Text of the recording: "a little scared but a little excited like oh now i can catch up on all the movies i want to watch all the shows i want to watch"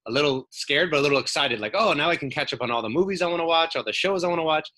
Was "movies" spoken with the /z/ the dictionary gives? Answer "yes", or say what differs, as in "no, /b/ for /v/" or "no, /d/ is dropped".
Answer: yes